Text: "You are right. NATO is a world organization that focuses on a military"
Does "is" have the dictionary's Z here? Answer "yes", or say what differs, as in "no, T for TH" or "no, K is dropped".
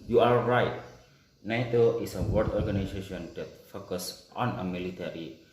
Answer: no, S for Z